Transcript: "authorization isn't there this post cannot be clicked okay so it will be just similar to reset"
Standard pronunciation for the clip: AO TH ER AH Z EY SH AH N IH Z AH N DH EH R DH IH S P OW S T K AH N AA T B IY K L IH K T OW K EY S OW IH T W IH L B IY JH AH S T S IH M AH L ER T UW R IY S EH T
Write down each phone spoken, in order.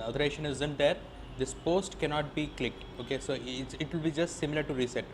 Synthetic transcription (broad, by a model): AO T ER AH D EY SH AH N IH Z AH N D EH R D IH S P OW S T K AH N AA T B IY K L IH K T OW K EY S OW IH T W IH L B IY JH AH S T S IH M AH L ER T UW R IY S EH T